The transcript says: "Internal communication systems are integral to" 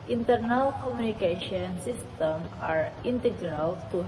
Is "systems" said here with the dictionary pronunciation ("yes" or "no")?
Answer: no